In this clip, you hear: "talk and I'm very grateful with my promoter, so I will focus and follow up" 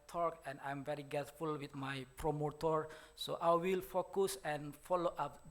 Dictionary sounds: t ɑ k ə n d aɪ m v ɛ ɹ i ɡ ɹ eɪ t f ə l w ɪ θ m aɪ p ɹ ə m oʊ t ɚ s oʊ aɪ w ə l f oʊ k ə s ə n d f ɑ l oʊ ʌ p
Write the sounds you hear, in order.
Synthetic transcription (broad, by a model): t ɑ k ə n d aɪ m v ɛ ɹ i ɡ eɪ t f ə l w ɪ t m aɪ p ɹ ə m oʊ t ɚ s oʊ aɪ w ə l f oʊ k ə s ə n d f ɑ l oʊ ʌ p